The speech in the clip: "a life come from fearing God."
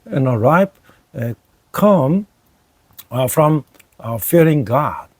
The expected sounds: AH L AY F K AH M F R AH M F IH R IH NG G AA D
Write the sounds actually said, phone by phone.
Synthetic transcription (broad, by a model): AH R AY P K AH M F R AH M F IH R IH NG G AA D